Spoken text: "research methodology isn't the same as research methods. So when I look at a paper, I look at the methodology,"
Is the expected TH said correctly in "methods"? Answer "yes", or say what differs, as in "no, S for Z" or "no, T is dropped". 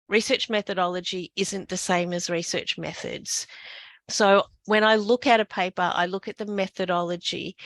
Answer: yes